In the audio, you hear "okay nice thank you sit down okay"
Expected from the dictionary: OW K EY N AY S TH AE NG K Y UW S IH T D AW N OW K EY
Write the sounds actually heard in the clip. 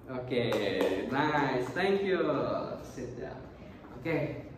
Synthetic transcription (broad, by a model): OW K EY N AY S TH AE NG K Y UW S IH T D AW OW K EY